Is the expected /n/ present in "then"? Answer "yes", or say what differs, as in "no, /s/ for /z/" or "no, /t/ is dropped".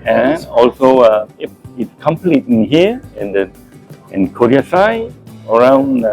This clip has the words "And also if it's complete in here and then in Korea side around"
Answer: no, /n/ is dropped